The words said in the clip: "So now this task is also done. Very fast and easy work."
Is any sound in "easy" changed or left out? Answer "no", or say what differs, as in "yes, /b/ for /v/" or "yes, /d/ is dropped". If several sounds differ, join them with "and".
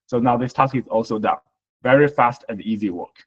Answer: no